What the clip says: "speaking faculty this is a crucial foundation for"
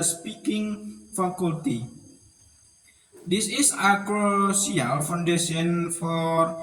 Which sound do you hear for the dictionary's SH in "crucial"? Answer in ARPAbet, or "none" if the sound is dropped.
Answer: S